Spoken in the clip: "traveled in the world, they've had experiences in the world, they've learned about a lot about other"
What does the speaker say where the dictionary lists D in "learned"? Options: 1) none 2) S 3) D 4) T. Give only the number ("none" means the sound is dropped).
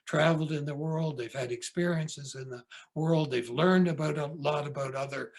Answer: 3